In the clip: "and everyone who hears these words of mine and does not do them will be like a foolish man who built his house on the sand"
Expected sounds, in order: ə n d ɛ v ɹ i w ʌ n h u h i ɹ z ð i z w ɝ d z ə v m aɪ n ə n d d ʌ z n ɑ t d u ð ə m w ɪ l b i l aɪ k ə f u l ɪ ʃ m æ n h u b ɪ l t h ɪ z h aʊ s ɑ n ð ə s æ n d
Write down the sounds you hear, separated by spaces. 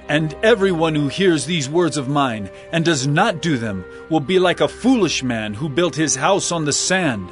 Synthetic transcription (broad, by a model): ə n ɛ v ɹ i w ʌ n h u h i ɹ z ð i z w ɝ d z ə v m aɪ n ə n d d ʌ z n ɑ t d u ð ə m w ɪ l b i l aɪ k ə f u l ɪ ʃ m æ n h u b ɪ l t h ɪ z h aʊ s n ð ə s æ n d